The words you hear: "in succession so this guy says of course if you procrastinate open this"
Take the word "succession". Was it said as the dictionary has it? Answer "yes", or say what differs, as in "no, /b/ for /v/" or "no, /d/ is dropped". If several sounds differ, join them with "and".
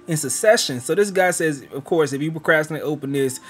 no, /k/ is dropped